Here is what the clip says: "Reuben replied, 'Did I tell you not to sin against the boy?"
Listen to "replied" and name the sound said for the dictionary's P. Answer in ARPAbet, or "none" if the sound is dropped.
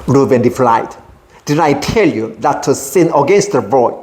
F